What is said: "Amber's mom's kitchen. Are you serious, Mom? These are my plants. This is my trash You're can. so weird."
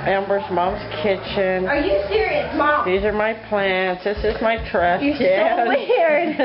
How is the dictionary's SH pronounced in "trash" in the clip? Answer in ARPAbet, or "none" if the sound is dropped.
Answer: S